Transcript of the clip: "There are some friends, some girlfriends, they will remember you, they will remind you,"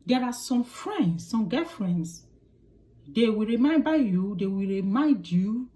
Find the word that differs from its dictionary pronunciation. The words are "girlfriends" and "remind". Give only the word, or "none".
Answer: girlfriends